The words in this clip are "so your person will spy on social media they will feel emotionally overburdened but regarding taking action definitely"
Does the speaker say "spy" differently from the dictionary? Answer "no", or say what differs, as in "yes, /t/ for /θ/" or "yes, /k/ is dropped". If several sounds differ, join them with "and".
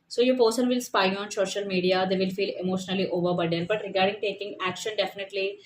no